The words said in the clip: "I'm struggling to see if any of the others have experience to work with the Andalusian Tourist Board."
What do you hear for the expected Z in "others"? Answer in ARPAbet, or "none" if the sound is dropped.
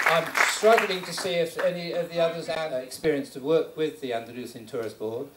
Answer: Z